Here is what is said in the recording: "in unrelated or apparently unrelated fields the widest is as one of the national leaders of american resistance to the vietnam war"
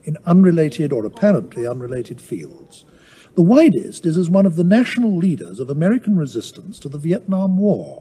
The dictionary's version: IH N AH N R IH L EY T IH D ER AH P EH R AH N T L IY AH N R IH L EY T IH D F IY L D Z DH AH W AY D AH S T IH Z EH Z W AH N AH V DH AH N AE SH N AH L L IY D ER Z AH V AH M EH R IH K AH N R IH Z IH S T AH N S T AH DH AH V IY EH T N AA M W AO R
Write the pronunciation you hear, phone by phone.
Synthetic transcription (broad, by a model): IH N AH N R IH L EY T IH D ER AH P EH R AH N T L IY AH N R IH L EY T IH D F IY L D Z DH AH W AY D AH S T IH Z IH Z W AH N AH V DH AH N AE SH N L L IY D ER Z AH V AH M EH R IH K N R IH Z IH S T AH N S T AH DH AH V IY EH T N AA M W AO R